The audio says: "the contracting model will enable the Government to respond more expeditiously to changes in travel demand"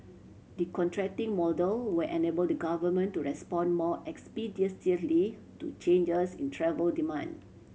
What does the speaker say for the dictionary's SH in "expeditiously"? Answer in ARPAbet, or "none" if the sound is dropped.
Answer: S